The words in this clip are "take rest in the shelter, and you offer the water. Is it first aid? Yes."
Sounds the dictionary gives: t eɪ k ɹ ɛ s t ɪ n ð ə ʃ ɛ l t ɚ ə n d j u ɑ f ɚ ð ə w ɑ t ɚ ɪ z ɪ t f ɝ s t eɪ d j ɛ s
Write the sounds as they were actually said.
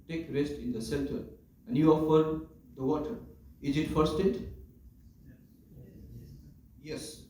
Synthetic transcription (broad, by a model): t eɪ k ɹ ɛ s t ɪ n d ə s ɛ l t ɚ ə n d j u ɑ f ɚ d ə w ɑ t ɚ ɪ z ɪ t f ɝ s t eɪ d j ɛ s